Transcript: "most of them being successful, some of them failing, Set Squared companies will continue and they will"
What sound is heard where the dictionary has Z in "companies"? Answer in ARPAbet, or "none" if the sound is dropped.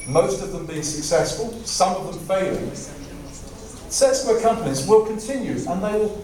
Z